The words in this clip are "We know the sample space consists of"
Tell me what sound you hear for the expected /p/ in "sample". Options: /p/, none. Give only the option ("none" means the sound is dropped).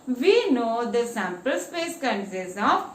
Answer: /p/